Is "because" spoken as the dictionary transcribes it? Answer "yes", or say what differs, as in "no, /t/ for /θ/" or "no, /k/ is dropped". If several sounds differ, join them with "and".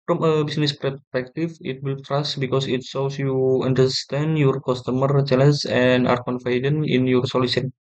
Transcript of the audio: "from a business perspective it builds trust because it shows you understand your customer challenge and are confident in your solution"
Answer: no, /s/ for /z/